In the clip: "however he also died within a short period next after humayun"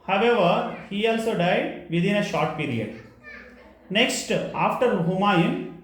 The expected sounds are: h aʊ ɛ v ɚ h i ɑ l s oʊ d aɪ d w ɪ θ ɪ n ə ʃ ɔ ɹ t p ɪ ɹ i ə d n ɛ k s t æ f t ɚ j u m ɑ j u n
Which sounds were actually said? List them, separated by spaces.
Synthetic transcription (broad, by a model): h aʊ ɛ v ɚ h i ɑ l s oʊ d aɪ d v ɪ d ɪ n ə ʃ ɔ ɹ t p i ɹ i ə d n ɛ k s t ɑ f t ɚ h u m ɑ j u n